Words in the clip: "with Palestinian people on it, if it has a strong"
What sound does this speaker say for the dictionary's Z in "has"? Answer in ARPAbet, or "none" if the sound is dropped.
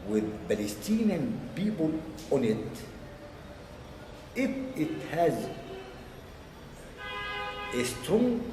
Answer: Z